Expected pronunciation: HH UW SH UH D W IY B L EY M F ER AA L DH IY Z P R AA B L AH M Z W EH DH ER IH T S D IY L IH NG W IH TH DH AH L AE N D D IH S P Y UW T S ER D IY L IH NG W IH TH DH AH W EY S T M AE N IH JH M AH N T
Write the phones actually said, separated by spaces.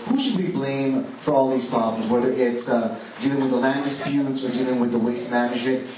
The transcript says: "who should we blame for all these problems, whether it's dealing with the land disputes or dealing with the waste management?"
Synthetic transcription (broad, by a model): HH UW SH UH D W IY B L EY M F ER AA L DH IY Z P R AA B L AH M Z W EH DH ER IH T S D IY L IH NG W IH DH AH L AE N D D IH S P Y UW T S ER D IY L IH NG W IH DH AH W EY S T M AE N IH JH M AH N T